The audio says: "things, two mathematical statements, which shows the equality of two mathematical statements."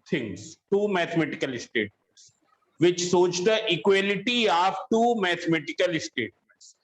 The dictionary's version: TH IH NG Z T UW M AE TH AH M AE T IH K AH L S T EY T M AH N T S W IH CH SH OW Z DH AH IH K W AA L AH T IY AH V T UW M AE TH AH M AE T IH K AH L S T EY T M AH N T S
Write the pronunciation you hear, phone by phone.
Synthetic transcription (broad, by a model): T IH NG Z T UW M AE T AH M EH T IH K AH L S T EY T M AH N T S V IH CH S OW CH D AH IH K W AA L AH T IY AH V T UW M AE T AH M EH T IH K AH L S T EY T M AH N T S